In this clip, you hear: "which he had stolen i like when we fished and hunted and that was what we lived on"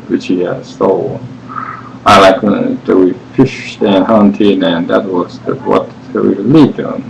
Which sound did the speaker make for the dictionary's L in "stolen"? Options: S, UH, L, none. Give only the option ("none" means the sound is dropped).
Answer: none